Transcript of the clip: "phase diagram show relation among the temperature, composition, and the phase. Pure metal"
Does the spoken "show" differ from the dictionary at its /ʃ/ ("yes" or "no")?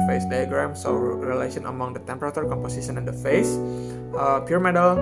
yes